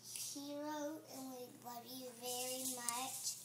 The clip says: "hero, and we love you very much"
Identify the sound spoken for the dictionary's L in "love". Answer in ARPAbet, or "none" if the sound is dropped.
W